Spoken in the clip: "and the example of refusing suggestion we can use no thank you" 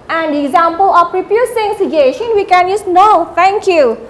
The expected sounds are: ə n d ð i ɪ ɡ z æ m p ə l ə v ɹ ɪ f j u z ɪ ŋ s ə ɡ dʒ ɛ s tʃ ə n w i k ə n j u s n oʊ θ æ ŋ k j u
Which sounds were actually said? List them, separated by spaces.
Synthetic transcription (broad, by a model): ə n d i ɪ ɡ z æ m p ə l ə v ɹ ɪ p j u s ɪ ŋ s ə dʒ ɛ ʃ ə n w i k ə n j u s n oʊ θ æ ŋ k j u